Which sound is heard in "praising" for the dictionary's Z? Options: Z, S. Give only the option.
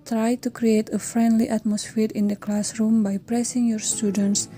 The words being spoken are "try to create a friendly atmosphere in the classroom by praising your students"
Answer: S